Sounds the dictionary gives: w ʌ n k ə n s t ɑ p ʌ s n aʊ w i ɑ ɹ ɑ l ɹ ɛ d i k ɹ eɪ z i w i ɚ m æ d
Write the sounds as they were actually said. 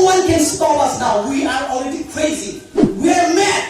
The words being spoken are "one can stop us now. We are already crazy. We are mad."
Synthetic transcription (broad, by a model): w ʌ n k ə n s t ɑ ʌ s n aʊ w i ɑ ɹ ɑ l ɹ ɛ d i k ɹ eɪ z i w i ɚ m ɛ